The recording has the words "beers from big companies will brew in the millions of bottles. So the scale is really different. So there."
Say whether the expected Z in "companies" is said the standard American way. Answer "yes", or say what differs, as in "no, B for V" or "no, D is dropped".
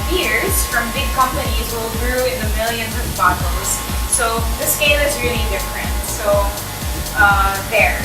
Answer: yes